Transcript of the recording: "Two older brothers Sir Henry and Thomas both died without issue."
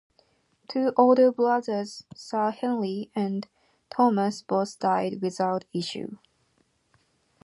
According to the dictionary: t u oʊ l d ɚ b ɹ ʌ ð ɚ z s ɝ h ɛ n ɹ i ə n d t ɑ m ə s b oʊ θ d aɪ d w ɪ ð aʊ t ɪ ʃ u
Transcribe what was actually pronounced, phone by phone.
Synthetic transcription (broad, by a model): t u oʊ l d ɚ b l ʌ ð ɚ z s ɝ h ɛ n l i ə n t ɑ m ə s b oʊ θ d aɪ d w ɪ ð aʊ t ɪ ʃ u